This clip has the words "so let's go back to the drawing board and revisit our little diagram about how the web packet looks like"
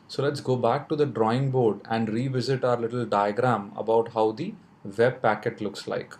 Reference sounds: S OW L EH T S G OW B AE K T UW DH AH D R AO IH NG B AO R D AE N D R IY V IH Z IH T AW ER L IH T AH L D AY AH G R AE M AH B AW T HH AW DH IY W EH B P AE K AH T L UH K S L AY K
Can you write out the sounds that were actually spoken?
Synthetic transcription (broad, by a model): S OW L EH T S G OW B AE K T UW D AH D R AO IH NG B AO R D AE N D R IY V IH Z IH T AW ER L IH T AH L D AY AH G R AE M AH B AW T HH AW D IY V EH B P AE K AH T L UH K S L AY K